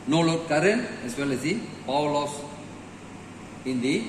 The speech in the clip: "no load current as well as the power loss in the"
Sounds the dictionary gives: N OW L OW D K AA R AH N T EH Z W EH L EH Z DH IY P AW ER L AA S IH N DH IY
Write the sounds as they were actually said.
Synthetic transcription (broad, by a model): N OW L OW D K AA R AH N EH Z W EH L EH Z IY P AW L AA S IH N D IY